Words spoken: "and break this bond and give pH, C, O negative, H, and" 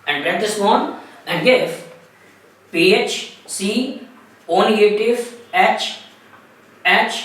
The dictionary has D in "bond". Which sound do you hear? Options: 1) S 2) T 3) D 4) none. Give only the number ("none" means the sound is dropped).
4